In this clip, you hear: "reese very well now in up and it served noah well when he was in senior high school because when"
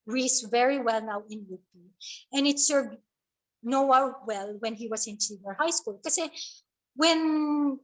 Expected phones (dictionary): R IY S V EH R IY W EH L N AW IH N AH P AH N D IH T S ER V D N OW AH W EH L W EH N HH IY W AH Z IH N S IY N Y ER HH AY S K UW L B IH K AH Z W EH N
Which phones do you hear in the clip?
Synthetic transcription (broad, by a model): R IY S V EH R IY W EH L N AW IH N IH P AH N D IH T S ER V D N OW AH W EH L W EH N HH IY W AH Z IH N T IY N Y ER HH AY S K UW L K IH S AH W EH N